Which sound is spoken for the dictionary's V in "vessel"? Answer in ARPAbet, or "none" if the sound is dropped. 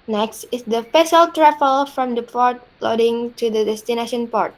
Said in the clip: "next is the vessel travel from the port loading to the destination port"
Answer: F